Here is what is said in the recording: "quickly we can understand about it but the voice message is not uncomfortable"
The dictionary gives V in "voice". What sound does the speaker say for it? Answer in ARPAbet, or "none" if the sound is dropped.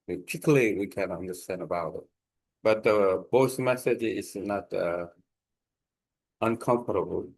B